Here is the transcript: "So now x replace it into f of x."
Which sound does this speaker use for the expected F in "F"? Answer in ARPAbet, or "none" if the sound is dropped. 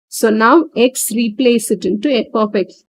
P